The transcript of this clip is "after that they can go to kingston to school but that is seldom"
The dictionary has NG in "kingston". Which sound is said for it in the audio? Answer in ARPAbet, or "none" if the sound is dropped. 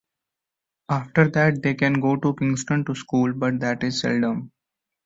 NG